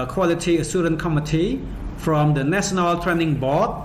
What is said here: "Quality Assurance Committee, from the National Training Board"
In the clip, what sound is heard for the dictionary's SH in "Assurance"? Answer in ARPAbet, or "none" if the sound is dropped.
S